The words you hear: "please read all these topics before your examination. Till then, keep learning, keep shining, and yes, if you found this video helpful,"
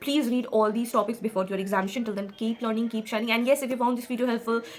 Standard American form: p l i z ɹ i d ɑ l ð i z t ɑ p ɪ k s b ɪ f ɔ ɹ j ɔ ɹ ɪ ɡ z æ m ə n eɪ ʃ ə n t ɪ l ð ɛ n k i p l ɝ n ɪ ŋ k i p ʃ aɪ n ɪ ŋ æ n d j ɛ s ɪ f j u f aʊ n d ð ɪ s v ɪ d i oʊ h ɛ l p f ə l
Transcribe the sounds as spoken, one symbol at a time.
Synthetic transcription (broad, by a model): p l i z ɹ i d ɑ l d i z t ɑ p ɪ k s b ɪ f ɔ ɹ j ɔ ɹ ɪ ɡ z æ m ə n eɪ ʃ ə n t ɪ l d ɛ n k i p l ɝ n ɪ ŋ k i p ʃ aɪ n ɪ ŋ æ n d j ɛ s ɪ f j u f aʊ n d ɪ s f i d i h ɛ l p f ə l